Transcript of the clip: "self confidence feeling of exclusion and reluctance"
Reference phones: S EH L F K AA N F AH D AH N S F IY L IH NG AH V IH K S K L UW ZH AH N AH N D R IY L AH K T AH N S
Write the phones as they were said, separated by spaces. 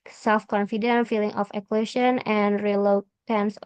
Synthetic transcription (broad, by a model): S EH L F K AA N F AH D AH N F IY L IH NG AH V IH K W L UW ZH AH N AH N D R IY L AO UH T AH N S